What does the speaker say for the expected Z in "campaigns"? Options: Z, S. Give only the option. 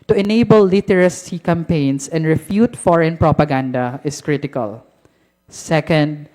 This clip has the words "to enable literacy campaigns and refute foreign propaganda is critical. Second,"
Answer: S